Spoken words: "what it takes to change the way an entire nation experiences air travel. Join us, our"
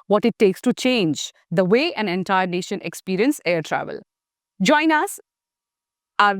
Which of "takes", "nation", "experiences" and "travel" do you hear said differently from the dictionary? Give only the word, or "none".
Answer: experiences